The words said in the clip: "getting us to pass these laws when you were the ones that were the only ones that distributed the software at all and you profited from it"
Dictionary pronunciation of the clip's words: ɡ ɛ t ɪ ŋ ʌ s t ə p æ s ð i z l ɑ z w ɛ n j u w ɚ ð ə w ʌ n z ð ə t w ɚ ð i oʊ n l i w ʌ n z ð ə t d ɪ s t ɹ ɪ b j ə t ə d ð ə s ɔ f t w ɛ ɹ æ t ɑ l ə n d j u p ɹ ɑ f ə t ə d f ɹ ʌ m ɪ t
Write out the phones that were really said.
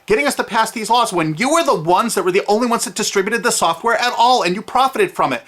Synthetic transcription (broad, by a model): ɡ ɛ t ɪ ŋ ʌ s t ə p æ s ð i z l ɑ z w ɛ n j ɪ w ɚ ð ə w ʌ n z ð ə t w ɚ ð i oʊ n l i w ʌ n z ð ə t d ɪ s t ɹ ɪ b j ə t ə d ð ə s ɔ f t w ɛ ɹ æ t ɑ l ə n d j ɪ p ɹ ɑ f ə t ə d f ɹ ʌ m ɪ t